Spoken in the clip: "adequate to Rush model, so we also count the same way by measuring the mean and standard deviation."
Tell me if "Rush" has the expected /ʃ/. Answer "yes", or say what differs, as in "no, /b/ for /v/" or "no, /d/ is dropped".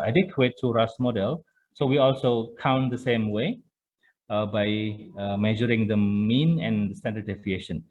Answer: no, /s/ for /ʃ/